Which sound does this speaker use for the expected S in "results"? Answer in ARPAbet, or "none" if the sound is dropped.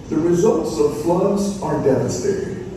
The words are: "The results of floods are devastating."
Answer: S